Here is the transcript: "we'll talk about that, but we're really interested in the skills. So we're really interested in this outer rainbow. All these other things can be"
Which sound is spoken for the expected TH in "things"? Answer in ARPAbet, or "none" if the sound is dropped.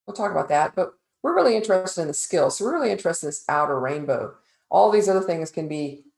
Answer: TH